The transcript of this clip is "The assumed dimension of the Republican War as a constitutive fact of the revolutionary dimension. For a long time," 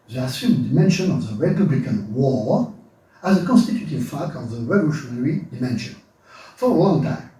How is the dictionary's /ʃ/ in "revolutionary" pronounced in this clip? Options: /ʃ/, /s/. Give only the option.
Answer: /ʃ/